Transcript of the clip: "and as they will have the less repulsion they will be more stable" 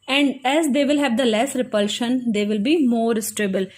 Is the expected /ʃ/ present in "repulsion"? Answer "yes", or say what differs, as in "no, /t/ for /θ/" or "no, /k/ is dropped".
yes